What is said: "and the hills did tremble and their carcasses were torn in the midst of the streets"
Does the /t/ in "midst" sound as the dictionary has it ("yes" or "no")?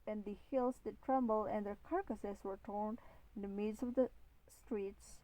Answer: no